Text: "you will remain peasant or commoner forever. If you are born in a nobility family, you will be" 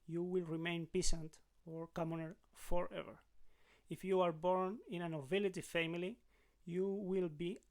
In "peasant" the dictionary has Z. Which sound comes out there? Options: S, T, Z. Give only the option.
S